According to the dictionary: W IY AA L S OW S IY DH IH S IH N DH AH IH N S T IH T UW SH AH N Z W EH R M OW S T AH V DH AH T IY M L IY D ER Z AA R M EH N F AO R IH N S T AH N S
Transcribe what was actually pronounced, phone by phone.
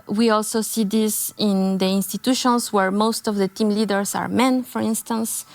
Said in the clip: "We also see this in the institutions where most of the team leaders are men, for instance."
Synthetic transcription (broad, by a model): W IY AA L S OW S IY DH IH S IH N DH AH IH N S T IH T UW SH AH N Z W EH R M OW S T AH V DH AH T IY M L IY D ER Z AA R M EH N F AO R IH N S T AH N S